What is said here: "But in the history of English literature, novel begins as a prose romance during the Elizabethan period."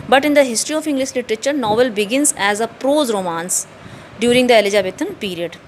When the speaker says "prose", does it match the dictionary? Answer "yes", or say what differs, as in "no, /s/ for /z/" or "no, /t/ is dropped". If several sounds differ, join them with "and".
yes